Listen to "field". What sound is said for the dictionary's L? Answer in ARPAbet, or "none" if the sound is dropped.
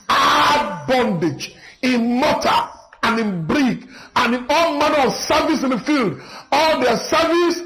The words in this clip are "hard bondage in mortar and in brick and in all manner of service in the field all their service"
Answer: L